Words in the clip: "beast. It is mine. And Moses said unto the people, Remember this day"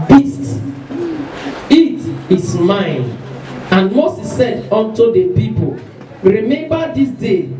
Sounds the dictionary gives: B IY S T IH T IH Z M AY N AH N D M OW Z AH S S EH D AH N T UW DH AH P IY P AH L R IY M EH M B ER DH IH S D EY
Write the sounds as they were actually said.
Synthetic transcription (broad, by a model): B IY S T IH T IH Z M AY N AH N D M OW S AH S S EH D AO N T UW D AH P IY P AH L R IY M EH M B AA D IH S D EY